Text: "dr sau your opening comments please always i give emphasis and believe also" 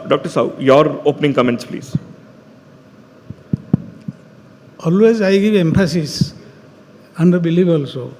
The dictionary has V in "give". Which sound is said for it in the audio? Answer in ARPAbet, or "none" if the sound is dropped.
B